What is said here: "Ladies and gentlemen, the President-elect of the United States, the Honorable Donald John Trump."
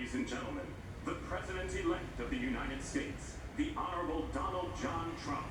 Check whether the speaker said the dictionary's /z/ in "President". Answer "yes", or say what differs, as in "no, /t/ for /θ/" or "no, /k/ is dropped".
yes